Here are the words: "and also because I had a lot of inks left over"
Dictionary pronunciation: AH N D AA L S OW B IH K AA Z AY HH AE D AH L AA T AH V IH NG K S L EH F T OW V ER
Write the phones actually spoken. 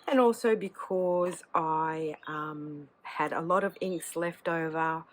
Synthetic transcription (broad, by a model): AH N AA L S OW B IH K AA Z AY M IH D AH L AA T AH V IH NG K S L EH F T OW V ER